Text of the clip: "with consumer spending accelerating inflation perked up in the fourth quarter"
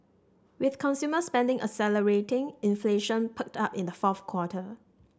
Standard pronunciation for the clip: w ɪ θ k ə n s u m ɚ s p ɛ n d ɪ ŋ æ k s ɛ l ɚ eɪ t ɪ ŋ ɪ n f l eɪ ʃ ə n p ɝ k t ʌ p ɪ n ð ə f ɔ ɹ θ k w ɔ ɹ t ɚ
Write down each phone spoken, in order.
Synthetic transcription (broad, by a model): w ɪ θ k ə n s u m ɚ s p ɛ n d ɪ ŋ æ s ɛ l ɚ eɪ t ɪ ŋ ɪ n f l eɪ ʃ ə n p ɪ k t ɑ p ɪ n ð ə f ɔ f k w ɔ t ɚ